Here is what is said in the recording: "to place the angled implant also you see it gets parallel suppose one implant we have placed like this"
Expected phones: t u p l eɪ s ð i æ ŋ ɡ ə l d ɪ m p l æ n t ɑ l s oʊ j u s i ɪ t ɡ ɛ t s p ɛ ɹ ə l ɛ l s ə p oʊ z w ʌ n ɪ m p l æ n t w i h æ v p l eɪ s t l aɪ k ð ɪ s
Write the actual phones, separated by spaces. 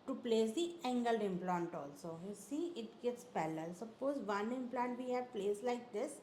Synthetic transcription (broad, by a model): t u p l eɪ s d i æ ŋ ɡ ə l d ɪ m p l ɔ n t ɑ l s oʊ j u s i ɪ t ɡ ɛ t s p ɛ l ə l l s ə p oʊ z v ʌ n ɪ m p l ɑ n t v i h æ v p l eɪ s l aɪ k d ɪ s